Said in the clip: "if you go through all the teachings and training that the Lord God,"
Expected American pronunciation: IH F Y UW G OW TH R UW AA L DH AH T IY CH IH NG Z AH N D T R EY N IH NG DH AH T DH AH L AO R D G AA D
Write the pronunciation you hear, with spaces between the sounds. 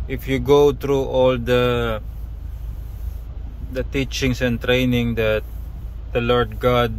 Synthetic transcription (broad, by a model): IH F Y UW G OW T R UW AA L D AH T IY CH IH NG S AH N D T R EY N IH NG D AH T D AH L AO R D G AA D